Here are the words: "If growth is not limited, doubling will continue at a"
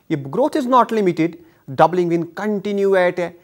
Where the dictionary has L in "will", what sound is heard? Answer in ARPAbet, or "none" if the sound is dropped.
N